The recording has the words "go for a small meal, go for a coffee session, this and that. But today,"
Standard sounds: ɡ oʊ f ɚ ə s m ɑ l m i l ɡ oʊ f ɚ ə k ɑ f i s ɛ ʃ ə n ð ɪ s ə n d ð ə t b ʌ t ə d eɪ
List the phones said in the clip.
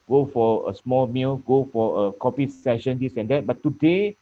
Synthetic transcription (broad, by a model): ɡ oʊ f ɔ ə s m ɑ l m i l ɡ oʊ f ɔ ə k ɑ p i s ɛ ʃ ə n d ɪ s ə n d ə t b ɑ t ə d eɪ